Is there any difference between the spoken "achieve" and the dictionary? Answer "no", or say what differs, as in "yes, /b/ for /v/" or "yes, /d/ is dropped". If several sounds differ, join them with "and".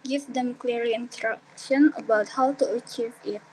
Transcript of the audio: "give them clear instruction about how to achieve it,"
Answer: no